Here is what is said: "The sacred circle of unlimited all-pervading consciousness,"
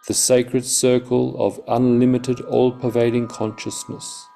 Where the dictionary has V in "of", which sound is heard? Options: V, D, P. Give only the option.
V